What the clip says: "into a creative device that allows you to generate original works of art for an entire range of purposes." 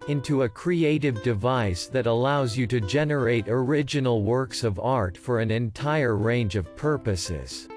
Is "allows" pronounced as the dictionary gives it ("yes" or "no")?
yes